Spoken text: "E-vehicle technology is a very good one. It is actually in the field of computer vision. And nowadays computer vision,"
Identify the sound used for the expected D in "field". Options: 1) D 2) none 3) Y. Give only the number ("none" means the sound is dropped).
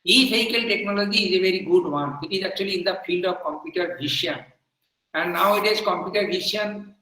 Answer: 1